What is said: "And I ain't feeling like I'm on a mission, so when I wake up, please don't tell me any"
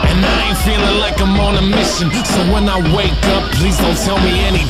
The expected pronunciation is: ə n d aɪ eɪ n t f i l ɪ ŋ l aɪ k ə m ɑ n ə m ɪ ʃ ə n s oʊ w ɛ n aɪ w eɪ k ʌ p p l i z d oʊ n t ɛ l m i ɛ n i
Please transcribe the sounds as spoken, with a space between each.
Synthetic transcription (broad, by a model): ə n aɪ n f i l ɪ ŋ l aɪ k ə m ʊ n ə m ɪ ʃ ə n s oʊ w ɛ n aɪ w eɪ k ʌ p p l i z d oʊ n t ɛ l m i ɛ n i